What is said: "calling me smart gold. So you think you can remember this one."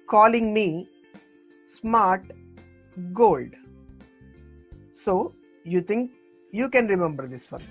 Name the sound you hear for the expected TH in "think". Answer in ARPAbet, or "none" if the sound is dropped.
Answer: T